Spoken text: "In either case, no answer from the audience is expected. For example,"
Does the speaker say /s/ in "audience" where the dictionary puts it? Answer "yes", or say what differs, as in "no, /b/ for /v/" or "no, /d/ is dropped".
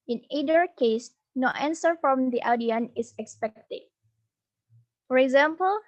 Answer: no, /s/ is dropped